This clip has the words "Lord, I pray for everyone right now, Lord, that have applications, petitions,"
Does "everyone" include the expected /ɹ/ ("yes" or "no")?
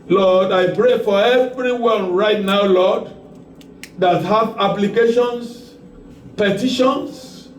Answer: yes